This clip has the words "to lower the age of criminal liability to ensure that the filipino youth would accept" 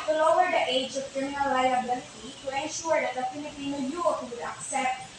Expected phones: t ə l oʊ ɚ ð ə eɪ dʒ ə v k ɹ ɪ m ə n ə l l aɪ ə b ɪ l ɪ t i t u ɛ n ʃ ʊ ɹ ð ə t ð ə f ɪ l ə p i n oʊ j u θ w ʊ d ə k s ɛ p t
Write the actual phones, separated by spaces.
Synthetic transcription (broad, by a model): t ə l oʊ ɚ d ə eɪ dʒ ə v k ɹ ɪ m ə n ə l l aɪ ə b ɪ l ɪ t i t u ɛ n ʃ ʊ ɹ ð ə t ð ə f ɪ n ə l i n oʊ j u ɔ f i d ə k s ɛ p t